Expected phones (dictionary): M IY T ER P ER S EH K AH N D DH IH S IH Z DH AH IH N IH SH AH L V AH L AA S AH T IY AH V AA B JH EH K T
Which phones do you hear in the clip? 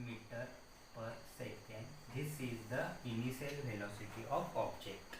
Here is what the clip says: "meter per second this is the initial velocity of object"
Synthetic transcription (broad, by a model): M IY T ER P ER S EH K AH N D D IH S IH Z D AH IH N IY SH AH L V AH L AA S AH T IY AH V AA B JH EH K T